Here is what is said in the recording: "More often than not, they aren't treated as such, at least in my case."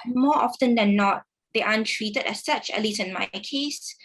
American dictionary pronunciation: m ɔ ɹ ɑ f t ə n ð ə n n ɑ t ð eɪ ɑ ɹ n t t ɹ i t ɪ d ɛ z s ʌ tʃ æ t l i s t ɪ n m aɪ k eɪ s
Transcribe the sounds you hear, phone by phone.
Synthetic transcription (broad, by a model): m ɔ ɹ ɑ f t ə n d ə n n ɑ t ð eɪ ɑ n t t ɹ i t ɪ d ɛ s ʌ tʃ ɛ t l i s ɪ n m aɪ k eɪ s